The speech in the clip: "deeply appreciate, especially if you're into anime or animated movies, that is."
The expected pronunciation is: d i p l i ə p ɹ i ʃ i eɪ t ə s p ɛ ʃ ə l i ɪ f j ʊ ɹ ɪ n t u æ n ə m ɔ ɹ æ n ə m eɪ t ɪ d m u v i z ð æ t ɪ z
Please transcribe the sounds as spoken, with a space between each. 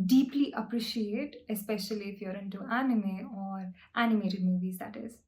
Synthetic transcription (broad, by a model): d i p l i ə p ɹ i ʃ i eɪ t ə s p ɛ ʃ ə l i ɪ f j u ɹ ɪ n t u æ n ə m ɔ ɹ æ n ə m eɪ t ɪ d m u v i z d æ t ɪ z